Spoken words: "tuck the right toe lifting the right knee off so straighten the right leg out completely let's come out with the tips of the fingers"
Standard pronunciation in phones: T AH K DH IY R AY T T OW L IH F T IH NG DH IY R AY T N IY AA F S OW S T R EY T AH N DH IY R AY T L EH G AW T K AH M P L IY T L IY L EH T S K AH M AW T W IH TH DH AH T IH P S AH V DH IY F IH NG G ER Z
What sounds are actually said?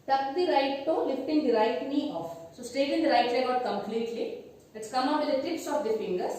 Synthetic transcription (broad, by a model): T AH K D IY R AY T T OW L IH F T IH NG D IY R AY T N IY AA F S OW S T EY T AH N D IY R AY T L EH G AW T K AH M P L IY T L IY L EH T S K AH M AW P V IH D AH T IH P S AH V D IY F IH NG G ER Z